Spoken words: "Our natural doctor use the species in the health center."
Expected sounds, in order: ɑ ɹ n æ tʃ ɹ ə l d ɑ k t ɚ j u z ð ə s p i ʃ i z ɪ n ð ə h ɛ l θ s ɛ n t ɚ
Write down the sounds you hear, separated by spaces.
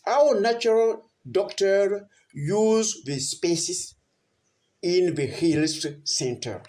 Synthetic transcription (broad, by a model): ɑ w n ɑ tʃ ɹ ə l d ɑ k t ɚ j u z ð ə s p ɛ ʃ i s ɪ n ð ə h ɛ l t s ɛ n t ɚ